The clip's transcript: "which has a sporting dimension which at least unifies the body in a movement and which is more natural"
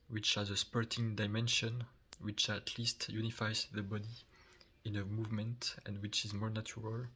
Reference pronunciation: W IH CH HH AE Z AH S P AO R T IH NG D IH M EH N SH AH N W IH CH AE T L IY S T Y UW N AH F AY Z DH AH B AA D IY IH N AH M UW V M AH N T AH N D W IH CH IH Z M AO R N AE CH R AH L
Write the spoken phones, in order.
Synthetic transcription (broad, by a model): W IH CH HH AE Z AH S P AO R T IH NG D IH M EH N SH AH N W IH CH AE T L IY S T Y UW N AH F AY Z DH AH B AA D IY IH N AH M UW V M AH N T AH N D W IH CH IH Z M AO R N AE CH R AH L